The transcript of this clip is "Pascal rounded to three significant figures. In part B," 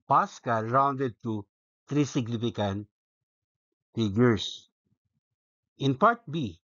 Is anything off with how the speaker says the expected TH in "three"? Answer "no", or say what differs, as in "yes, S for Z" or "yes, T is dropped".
yes, T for TH